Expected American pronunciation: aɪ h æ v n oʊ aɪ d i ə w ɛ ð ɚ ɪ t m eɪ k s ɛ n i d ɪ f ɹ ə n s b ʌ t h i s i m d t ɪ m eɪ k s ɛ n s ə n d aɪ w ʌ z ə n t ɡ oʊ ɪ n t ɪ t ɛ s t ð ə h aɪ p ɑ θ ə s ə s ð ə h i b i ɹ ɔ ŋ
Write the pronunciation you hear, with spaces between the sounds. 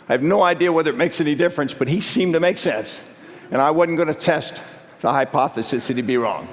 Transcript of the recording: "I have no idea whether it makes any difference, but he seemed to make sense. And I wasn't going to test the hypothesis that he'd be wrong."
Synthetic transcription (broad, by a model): aɪ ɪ v n oʊ aɪ d i ə w ɛ ð ɚ ɪ t m eɪ k s ɛ n i d ɪ f ɹ ə n s b ʌ t h i s i m t ɪ m eɪ k s ɛ n s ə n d aɪ w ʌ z n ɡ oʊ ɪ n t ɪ t ɛ s t ð ə h aɪ p ɑ θ ə s ə s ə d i b i ɹ ɔ ŋ